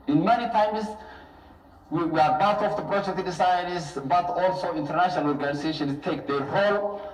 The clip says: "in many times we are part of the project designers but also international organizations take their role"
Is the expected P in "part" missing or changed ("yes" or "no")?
yes